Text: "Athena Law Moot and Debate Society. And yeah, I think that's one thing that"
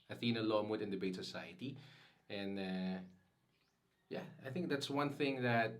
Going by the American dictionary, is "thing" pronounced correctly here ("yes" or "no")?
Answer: yes